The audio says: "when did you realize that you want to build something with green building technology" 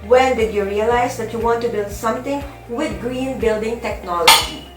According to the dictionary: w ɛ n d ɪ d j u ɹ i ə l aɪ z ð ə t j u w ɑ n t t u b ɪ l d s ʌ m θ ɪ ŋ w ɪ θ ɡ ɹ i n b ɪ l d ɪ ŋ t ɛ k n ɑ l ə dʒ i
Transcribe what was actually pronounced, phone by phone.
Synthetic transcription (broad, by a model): w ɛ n d ɪ d j u ɹ i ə l aɪ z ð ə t j u w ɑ n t t u b ɪ l d s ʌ m t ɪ ŋ w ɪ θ ɡ ɹ i n b ɪ l d ɪ ŋ t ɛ k n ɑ l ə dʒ i